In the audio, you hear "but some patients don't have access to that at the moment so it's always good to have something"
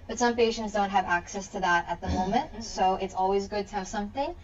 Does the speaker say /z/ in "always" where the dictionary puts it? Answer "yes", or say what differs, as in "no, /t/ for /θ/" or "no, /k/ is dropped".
yes